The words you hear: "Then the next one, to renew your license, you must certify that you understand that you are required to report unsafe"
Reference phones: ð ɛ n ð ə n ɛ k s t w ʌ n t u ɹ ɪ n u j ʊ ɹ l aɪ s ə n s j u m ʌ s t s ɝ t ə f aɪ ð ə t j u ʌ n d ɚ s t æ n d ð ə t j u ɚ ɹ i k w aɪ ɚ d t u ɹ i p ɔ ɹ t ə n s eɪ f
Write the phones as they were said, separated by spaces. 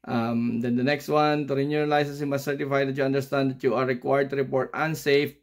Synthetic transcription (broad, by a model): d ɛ n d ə n ɛ k s t w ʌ n t u ɹ ɪ n u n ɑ l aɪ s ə s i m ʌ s s ɝ t ə f aɪ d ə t j u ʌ n d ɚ s t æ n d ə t j u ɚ ɹ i k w aɪ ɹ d t u ɹ i p ɔ ɹ t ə n s eɪ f